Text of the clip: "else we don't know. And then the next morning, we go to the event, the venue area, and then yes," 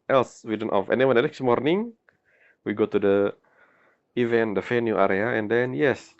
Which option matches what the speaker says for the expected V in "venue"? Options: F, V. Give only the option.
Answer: F